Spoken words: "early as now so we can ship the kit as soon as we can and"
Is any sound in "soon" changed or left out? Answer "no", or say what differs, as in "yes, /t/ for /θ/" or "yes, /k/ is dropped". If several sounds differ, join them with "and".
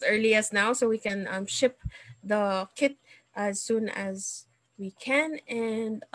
no